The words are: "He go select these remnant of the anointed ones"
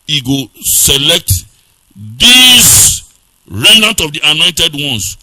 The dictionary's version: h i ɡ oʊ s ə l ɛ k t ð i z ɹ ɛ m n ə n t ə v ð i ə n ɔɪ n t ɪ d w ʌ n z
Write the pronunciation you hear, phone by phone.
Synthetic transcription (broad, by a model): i ɡ oʊ s ə l ɛ k t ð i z ɹ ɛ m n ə n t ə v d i ə n ɔɪ n t ɪ d w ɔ n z